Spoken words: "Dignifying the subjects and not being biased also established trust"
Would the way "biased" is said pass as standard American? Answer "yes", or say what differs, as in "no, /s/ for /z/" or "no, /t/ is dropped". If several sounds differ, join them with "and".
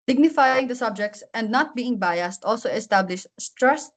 yes